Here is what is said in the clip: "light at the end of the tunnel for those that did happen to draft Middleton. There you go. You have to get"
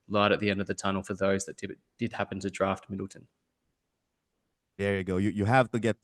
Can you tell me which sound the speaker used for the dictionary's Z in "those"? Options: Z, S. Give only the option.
Z